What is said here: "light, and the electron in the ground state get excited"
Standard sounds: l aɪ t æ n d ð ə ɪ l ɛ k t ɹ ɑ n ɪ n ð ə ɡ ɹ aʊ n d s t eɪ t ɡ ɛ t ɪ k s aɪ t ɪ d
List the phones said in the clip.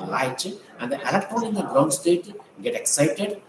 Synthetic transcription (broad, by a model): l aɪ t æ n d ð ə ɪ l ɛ t ɑ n ɪ n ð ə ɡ ɹ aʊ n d s t eɪ t ɡ ɛ t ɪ k s aɪ t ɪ d